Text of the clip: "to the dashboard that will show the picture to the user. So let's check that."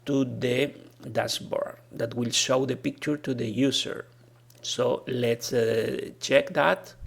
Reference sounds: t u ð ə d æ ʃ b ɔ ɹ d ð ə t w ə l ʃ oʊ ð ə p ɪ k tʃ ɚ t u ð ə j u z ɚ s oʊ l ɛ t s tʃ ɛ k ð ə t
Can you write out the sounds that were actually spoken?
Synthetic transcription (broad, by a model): t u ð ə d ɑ s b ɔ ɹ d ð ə t w ə l ʃ oʊ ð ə p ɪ k tʃ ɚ t u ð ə j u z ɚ s oʊ l ɛ t s tʃ ɛ k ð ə t